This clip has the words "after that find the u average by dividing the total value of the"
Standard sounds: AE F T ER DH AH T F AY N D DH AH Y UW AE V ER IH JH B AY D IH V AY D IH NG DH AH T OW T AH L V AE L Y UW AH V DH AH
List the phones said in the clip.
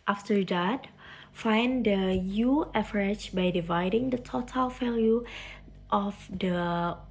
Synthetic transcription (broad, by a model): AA F T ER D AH T F AY N D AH Y UW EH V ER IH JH B AY D IH V AY D IH NG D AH T OW T AH L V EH L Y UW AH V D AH